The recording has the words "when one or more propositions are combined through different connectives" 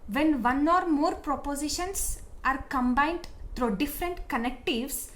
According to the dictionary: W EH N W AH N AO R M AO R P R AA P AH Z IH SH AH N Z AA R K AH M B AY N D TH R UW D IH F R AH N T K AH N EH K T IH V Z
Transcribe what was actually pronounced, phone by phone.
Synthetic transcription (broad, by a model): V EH N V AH N AO R M AO R P R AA P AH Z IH SH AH N S AA R K AH M B AY N D T R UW D IH F R AH N T K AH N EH K T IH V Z